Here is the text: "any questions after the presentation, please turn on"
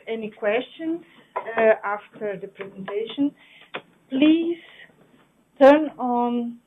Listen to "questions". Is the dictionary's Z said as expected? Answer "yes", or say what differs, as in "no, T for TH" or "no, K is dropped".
no, Z is dropped